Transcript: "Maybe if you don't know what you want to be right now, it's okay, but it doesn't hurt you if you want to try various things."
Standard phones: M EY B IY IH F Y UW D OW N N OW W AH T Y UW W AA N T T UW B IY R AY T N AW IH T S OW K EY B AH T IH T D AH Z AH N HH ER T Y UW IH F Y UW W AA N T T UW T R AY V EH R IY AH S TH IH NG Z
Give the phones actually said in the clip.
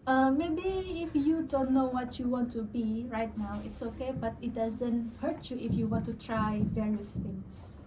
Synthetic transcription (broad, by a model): M EY B IY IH F Y UW D OW N N OW W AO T Y UW W AA N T T UW B IY R AY T N AW IH T S OW K EY B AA T IH T D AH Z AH N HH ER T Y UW IH F Y UW W AA N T T UW T R AY V EH R IY AH S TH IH NG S